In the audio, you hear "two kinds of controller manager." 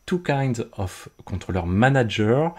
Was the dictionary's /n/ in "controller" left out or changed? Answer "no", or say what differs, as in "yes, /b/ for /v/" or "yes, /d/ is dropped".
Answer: yes, /n/ is dropped